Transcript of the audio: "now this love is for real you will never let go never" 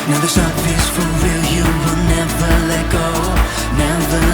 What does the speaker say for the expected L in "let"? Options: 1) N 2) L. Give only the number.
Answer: 2